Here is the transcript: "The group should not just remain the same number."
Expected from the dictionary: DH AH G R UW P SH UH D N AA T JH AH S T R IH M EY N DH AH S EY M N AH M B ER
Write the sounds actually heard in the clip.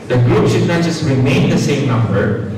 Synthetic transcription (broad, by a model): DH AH G R UW P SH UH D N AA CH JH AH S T R IH M EY N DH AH S EY M N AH M B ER